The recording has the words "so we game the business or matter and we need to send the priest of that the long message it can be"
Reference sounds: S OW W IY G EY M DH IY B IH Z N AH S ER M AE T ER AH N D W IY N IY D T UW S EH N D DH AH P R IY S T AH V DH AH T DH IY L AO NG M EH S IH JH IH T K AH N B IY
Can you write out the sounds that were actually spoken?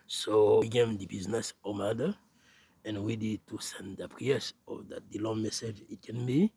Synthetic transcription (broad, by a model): S OW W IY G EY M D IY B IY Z N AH S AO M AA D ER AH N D W IY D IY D T UW S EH N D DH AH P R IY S AH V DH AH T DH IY L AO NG M EH S IH JH IH T K AH N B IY